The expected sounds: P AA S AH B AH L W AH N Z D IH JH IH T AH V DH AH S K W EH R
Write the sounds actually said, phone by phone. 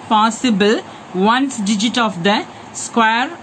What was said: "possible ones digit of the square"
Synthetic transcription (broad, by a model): P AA S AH B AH L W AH N S D IH JH IH T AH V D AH S K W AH R